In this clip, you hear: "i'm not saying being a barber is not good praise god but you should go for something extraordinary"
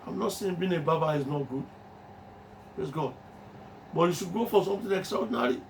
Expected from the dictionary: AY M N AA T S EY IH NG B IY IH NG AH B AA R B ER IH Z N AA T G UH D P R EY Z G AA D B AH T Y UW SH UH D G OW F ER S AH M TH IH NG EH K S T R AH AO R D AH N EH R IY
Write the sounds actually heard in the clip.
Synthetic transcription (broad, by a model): AY M N AA T S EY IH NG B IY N AH B AA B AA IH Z N AA T G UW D P R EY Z G AA D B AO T Y UW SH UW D G OW F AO S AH M T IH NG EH K S T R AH AO D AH N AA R IY